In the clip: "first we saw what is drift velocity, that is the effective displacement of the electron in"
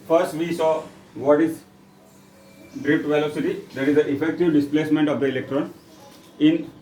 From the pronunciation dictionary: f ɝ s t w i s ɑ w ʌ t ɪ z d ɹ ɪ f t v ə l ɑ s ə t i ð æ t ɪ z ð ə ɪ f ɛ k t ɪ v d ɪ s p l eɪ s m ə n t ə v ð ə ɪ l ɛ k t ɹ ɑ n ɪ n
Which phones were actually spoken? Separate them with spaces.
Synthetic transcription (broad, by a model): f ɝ s t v i s ɑ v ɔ t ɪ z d ɹ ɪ p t v ə l ɑ s ə t i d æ t ɪ z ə ɪ f ɛ k t ɪ v d ɪ s p l eɪ s m ə n t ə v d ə ɪ l ɛ k t ɹ ɑ n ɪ n